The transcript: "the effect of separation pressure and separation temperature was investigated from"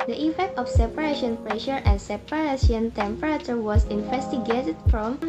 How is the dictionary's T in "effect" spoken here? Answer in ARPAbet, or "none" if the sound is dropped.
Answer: T